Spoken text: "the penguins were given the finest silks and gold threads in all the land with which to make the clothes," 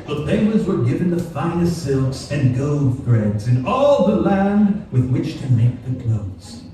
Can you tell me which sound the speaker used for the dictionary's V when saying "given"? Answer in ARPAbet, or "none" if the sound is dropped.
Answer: V